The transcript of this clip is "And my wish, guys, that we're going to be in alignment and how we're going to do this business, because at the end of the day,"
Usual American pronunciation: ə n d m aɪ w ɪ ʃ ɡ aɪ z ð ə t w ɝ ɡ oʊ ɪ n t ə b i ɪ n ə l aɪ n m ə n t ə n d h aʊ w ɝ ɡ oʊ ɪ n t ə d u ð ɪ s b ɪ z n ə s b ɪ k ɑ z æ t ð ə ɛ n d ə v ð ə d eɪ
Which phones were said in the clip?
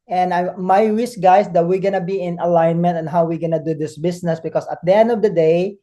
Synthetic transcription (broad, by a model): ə n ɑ m aɪ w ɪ s ɡ aɪ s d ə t w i ɡ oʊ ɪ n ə b i ɪ n ə l aɪ n m ə n t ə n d h aʊ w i ɡ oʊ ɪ n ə d u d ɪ s b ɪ s n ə s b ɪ k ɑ s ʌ t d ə ɛ n d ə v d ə d eɪ